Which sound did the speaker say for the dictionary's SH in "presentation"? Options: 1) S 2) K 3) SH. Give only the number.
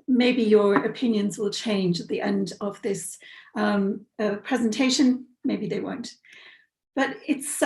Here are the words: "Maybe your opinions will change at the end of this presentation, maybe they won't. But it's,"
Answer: 3